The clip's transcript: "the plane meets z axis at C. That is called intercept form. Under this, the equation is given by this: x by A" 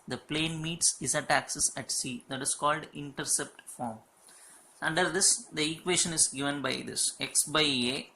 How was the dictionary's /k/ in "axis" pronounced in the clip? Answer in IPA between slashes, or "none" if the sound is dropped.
/k/